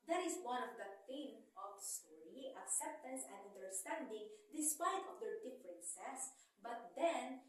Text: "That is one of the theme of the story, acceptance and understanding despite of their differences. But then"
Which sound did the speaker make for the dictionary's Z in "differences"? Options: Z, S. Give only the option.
S